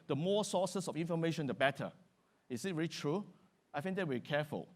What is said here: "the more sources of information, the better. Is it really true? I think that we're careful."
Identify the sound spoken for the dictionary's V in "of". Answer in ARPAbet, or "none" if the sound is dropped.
F